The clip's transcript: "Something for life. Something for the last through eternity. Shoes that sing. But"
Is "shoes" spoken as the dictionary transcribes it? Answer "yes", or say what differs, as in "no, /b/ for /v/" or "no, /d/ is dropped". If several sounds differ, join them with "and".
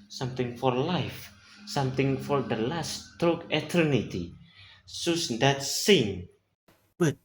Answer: no, /s/ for /ʃ/